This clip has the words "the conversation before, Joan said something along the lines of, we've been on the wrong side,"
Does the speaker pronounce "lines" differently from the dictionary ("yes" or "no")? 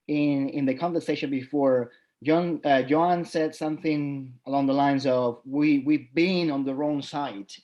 no